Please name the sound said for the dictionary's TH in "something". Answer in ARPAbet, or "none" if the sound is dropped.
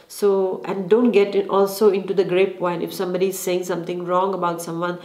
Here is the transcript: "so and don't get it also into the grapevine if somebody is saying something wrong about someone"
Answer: T